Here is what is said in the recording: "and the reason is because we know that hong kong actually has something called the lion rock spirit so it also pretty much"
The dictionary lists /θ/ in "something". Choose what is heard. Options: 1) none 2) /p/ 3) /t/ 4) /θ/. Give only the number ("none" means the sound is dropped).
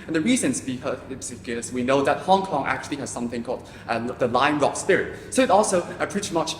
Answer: 4